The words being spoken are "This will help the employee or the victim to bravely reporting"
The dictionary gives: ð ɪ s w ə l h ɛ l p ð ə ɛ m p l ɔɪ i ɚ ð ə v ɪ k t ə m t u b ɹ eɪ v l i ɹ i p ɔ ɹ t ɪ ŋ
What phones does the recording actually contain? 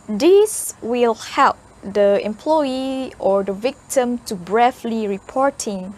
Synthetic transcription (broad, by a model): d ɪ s w ə l h ɛ l p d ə ɛ m p l ɔɪ i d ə v ɪ k t ə m t u b ɹ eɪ f l i ɹ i p ɔ ɹ t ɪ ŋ